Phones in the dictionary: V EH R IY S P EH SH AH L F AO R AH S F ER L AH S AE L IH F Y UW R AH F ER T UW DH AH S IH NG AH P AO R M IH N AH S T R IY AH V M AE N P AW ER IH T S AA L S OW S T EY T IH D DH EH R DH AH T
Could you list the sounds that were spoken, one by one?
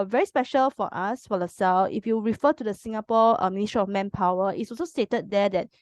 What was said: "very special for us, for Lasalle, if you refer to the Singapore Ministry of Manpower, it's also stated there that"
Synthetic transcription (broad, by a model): V EH R IY S P EH SH AH L F AO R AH S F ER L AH S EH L IH F Y UW R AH F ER T UW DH AH S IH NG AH P AO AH M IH N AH S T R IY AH F M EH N P AW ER IH T S AA L S OW S T EY T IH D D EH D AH T